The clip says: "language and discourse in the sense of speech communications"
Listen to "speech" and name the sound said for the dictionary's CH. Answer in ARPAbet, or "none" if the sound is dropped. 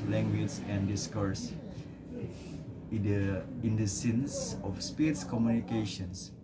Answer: S